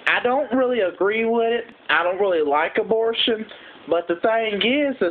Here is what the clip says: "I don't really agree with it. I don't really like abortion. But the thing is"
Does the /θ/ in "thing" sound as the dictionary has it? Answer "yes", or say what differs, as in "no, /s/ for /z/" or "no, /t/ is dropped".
no, /s/ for /θ/